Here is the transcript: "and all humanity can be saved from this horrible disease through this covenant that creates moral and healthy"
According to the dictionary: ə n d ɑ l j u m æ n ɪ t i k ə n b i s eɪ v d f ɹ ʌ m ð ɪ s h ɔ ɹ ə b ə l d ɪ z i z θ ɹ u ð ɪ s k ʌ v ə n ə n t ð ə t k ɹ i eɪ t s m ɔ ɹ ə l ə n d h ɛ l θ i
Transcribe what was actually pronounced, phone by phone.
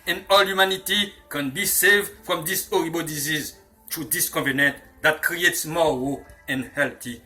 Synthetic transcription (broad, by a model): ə n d ɑ l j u m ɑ n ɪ t i k ə n b i s eɪ v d f ɹ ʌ m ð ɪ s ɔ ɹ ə b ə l d ɪ z i z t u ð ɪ s k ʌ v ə n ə n t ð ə t k ɹ i eɪ t s m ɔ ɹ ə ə n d h ɛ l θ i